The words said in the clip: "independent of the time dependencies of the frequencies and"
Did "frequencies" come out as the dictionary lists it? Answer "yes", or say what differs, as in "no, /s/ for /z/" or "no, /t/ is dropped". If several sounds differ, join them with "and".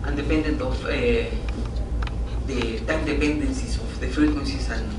no, /ɹ/ is dropped and /s/ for /z/